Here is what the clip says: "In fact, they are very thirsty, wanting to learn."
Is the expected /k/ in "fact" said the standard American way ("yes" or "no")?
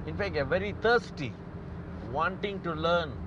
yes